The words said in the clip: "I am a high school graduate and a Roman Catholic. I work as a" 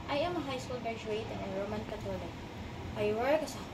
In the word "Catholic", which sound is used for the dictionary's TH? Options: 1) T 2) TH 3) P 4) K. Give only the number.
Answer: 1